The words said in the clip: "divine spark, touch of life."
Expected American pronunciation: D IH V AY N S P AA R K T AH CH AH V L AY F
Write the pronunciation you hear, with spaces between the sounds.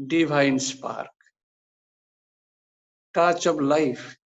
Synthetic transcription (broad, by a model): D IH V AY N S P AA R K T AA CH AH B L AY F